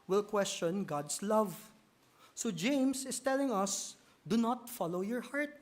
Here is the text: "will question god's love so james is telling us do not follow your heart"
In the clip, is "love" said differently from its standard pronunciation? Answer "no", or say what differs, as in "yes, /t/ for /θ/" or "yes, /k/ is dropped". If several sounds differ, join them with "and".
no